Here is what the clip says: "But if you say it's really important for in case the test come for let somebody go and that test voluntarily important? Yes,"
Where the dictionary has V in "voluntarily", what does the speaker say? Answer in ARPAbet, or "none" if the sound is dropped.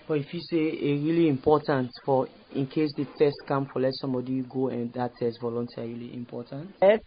V